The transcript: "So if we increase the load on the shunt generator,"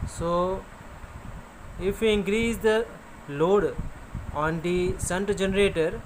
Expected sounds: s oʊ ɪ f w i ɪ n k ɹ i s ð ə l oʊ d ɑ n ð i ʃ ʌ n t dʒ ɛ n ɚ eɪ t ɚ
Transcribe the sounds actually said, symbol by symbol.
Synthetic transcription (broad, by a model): s oʊ ɪ f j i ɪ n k ɹ i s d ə l oʊ d ɑ n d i s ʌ n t dʒ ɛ n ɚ eɪ t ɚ